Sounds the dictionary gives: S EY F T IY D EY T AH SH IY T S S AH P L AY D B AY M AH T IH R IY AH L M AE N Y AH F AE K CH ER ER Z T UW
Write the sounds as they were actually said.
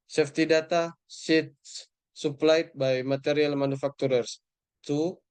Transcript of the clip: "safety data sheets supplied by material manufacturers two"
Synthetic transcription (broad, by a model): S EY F T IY D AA T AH S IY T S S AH P L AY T B AY M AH T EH R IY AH L M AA N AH F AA K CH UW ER S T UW